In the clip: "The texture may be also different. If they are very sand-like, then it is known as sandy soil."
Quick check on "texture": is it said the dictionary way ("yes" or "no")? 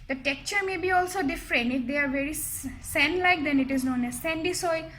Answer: no